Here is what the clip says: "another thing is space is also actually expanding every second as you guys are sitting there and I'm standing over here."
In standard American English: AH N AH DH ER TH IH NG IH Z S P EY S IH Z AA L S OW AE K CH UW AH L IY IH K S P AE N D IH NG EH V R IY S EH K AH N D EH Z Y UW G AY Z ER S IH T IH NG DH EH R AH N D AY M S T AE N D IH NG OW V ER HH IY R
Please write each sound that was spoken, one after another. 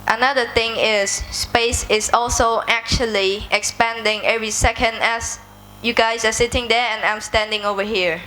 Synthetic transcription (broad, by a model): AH N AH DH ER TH IH NG IH S P EY S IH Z AA L S OW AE K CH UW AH L IY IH K S P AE N D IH NG EH V R IY S EH K AH N D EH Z Y UW G AY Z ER S IH T IH NG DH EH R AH N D AY M S T AE N D IH NG OW V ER HH IY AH